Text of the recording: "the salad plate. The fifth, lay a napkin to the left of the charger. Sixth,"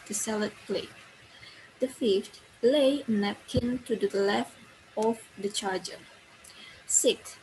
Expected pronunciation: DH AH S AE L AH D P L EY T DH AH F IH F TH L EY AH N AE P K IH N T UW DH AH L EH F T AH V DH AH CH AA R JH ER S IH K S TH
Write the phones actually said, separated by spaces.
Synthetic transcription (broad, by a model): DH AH S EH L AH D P L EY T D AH F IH F T L EY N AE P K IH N T UW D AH L EH F T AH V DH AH CH AA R JH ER S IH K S